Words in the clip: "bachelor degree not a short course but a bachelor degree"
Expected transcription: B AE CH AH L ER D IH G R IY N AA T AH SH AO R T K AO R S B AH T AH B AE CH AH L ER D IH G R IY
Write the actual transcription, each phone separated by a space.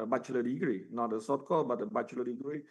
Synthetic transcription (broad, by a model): B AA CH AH L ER D IH G R IY N AA T AH S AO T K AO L B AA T AH B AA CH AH L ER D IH G R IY